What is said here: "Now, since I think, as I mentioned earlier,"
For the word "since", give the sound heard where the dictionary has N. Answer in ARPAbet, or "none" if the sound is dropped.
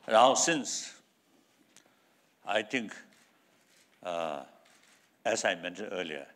N